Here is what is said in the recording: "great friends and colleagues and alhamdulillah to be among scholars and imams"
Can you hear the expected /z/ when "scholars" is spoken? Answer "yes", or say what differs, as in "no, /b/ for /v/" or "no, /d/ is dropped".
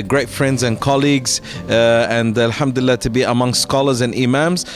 yes